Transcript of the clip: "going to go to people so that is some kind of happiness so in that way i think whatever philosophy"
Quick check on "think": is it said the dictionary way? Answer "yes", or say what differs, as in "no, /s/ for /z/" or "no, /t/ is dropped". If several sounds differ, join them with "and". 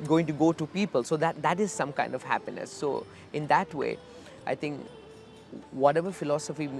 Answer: no, /t/ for /θ/